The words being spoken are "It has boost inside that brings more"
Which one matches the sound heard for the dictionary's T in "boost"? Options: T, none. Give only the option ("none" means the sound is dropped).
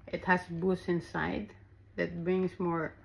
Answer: none